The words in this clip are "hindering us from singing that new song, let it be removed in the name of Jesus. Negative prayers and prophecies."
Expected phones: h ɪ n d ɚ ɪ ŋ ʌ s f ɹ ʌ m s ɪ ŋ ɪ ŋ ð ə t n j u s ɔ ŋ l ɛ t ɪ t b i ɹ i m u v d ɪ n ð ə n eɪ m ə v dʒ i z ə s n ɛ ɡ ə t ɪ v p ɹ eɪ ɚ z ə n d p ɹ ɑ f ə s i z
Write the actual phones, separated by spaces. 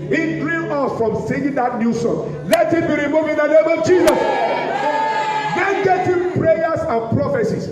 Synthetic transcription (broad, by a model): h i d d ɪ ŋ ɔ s f ɹ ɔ m s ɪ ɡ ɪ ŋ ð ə t n j u s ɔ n l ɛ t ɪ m b i ɹ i m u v ɪ n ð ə n eɪ m ə v dʒ i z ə s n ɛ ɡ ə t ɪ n p ɹ eɪ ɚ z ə n p ɹ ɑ f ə s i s